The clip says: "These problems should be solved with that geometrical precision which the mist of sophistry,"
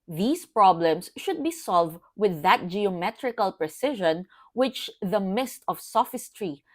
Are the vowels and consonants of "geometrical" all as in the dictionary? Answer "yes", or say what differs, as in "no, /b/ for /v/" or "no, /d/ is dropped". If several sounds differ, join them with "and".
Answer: yes